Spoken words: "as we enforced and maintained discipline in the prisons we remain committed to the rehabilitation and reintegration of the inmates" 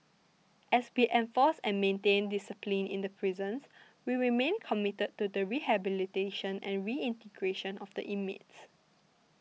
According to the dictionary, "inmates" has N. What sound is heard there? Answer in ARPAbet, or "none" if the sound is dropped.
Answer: none